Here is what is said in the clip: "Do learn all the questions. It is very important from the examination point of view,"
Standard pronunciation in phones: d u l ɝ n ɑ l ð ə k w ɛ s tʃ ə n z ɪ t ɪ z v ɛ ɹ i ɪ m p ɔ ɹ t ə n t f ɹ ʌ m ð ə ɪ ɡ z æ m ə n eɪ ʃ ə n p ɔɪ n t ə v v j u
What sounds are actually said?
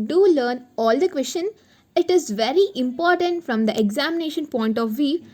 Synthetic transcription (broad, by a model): d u l ɝ n ɑ l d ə k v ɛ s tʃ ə n ɪ t ɪ z v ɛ ɹ i ɪ m p ɔ ɹ t ə n t f ɹ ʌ m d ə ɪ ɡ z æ m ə n eɪ ʃ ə n p ɔɪ n t ə v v j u